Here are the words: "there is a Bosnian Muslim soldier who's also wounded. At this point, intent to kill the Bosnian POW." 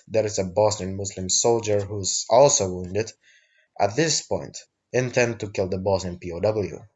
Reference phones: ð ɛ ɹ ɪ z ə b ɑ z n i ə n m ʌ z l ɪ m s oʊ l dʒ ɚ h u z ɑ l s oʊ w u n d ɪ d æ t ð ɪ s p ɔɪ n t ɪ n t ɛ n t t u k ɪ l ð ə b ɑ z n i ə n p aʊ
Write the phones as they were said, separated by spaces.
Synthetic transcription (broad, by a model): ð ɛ ɹ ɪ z ə b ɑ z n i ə n m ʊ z l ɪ m s oʊ l dʒ ɚ h u z ɑ l s oʊ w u n d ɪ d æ t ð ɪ s p ɔɪ n t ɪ n t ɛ n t t u k ɪ l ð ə b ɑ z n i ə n p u